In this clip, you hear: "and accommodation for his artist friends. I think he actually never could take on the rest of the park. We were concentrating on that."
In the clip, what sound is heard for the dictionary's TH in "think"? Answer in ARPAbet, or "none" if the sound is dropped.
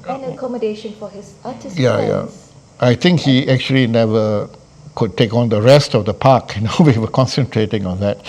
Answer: T